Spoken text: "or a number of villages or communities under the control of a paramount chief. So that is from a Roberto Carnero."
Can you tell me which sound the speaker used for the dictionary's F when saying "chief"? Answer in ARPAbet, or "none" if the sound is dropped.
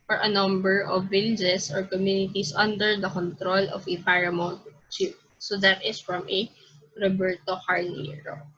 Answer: P